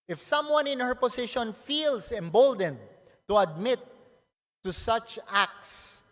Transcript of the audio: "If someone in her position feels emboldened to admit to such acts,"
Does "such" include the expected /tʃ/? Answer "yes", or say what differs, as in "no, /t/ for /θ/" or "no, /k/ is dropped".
yes